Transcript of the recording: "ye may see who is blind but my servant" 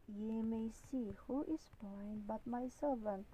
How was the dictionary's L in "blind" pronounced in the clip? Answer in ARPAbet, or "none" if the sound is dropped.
none